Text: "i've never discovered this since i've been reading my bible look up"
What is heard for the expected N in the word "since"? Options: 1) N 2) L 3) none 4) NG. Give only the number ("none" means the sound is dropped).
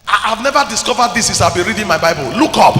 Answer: 3